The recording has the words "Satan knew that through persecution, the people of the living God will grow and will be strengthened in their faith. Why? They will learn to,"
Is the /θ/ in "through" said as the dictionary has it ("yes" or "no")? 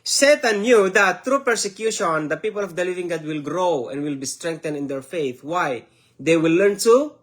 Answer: no